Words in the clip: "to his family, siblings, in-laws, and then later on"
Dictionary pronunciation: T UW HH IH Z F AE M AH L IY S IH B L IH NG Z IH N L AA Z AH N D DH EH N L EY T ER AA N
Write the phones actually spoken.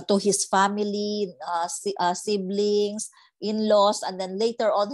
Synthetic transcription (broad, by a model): T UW HH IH S F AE M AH L IY S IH B L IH NG S IH N L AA S AH N D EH N L EY T ER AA N